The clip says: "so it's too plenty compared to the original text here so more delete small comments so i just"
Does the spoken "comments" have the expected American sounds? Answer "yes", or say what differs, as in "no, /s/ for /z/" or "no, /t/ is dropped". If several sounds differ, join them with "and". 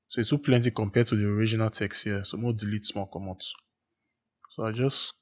no, /n/ is dropped